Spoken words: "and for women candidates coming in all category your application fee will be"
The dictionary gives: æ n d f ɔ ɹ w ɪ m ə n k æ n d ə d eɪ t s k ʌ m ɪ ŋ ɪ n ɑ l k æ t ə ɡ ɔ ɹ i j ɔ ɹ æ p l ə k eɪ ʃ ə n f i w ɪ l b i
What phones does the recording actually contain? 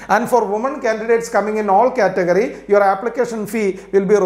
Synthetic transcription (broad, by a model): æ n d f ɔ ɹ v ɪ m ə n k æ n d ə d eɪ t s k ʌ m ɪ ŋ ɪ n ɑ l k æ t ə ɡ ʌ ɹ i j ɔ ɹ æ p l ə k eɪ ʃ ə n f i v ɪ l b i